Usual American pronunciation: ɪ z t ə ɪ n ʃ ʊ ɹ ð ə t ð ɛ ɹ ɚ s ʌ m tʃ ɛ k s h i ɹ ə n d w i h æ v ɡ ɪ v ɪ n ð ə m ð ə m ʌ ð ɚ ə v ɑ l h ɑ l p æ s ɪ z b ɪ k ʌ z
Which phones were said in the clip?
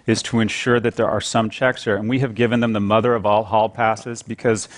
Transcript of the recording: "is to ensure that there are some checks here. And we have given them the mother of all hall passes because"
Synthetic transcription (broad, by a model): ɪ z t ə ɪ n ʃ ʊ ɹ ð ə t ð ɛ ɹ ɚ s ʌ m tʃ ɛ k s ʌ ɹ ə n w i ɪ v ɡ ɪ v ɪ n ð ə m ð ə m ʌ ð ɚ ə v ɑ l h ɑ l p æ s ɪ z b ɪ k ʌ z